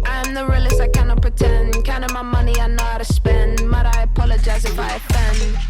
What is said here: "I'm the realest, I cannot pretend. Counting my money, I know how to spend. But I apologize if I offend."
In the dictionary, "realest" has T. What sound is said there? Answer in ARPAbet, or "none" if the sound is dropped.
none